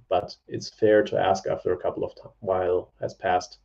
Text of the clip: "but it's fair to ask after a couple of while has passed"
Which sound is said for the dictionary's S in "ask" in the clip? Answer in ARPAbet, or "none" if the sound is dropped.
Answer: S